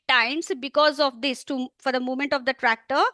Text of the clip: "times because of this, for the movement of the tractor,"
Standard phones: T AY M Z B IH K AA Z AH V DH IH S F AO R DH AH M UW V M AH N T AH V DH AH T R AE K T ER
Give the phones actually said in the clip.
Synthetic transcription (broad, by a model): T AY M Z B IH K AA Z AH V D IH S F AO R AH M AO M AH N T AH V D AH T R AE K T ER